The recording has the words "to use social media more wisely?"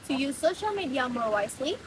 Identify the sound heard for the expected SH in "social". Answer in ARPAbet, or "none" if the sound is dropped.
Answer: SH